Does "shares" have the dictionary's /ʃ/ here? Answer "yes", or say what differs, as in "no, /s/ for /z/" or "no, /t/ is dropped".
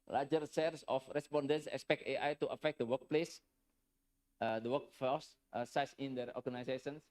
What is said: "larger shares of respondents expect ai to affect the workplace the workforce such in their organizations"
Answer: no, /s/ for /ʃ/